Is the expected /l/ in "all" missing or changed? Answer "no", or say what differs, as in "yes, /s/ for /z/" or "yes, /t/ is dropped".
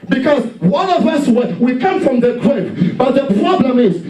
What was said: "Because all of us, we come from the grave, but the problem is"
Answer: yes, /n/ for /l/